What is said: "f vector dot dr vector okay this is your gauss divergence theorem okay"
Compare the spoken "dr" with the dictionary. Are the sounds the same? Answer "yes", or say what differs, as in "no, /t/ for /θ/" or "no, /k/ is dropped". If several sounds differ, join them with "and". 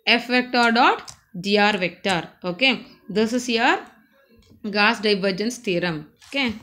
no, /k/ is dropped